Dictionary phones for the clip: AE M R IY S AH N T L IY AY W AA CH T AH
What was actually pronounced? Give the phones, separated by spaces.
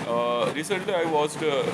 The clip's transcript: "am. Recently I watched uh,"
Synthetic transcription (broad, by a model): R IY S AH N T L IY AY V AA S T